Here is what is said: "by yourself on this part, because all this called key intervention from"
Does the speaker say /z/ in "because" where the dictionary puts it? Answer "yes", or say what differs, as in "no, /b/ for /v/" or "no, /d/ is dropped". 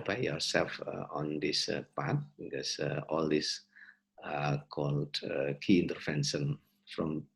no, /z/ is dropped